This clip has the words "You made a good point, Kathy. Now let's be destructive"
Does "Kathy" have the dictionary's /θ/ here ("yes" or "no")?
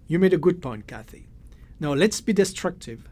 yes